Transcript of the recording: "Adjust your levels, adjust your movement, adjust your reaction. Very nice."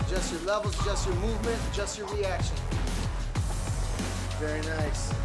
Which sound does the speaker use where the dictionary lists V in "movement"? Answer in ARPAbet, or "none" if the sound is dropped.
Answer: V